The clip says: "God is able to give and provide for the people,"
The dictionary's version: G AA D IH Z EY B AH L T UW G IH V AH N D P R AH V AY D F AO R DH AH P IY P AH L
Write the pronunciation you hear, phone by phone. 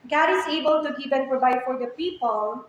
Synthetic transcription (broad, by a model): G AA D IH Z EY B AH L T UW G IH P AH N P R AH V AY D F AO R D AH P IY P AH L